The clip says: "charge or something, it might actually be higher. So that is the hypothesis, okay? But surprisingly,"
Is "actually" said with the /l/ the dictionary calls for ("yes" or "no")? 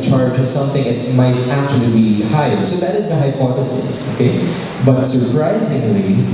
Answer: yes